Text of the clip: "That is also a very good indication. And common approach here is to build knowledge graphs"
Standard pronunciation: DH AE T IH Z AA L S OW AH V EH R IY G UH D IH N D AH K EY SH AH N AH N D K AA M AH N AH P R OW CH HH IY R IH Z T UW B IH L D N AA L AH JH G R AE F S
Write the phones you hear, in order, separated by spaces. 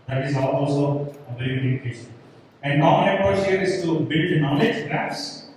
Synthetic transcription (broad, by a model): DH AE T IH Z AA L S OW AH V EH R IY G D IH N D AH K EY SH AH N AH N D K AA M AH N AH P OW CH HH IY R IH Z T UW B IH L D N AA L AH JH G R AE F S